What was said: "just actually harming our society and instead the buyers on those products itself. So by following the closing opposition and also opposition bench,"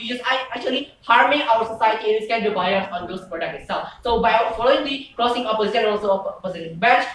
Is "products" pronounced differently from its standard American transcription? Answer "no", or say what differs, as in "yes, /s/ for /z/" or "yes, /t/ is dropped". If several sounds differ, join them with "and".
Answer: yes, /s/ is dropped